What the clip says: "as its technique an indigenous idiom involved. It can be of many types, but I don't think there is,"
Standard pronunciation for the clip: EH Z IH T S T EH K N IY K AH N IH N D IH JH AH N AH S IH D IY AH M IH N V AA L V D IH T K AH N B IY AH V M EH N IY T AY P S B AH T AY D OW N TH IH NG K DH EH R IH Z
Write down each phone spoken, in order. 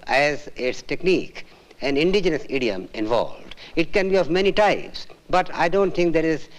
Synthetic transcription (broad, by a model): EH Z IH T S T EH K N IY K AH N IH N D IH JH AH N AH S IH D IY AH M IH N V AA L V D IH T K AH N B IY AH V M EH N IY T AY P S B AH T AY D OW N T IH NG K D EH R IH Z